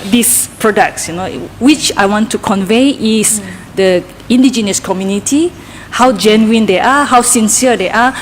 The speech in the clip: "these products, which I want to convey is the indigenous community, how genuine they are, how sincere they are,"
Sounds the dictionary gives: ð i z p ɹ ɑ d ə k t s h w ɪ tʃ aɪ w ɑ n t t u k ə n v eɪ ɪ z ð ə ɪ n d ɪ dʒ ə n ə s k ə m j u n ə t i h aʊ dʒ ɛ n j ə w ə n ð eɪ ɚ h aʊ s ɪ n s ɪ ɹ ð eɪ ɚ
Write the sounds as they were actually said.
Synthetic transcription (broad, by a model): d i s p ɹ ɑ d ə k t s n w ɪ tʃ aɪ w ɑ n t t u k ə n v eɪ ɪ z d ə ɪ n d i dʒ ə n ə s k ə m j u n ə t i h aʊ dʒ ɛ n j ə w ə n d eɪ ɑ h aʊ s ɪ n s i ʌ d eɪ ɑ